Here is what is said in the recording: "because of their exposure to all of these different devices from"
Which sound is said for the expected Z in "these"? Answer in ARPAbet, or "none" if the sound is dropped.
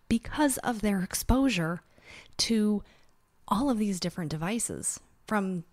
Z